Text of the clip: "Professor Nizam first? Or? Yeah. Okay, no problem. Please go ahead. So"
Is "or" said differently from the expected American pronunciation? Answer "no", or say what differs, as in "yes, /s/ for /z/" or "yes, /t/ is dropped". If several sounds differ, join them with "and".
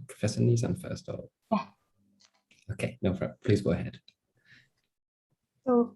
yes, /l/ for /ɹ/